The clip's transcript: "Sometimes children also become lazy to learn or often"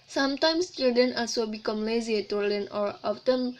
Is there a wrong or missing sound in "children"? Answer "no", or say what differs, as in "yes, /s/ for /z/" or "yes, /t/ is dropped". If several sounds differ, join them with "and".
yes, /ɹ/ is dropped